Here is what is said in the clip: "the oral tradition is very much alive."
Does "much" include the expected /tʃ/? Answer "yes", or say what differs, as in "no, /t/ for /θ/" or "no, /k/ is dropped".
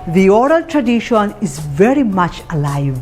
yes